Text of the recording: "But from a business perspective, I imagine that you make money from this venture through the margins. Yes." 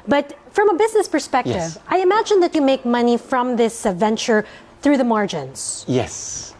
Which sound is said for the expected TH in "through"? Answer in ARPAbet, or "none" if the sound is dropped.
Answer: TH